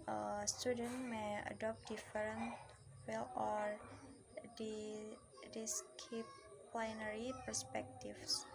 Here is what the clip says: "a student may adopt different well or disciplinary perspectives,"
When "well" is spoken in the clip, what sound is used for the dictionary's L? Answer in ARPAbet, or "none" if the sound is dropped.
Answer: L